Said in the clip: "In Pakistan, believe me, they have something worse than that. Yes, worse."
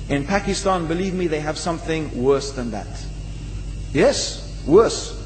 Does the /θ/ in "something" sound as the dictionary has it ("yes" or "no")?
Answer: yes